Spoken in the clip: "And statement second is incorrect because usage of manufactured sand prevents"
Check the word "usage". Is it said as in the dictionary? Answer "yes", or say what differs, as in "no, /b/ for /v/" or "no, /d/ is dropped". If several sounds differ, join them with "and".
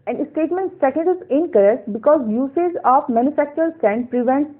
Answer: no, /z/ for /dʒ/